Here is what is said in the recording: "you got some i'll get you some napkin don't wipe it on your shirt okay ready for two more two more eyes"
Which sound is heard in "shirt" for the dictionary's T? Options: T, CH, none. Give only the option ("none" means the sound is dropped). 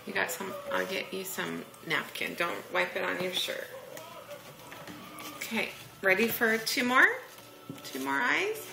none